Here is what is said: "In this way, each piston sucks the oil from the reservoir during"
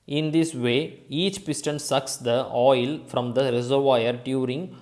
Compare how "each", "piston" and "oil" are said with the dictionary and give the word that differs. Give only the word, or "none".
none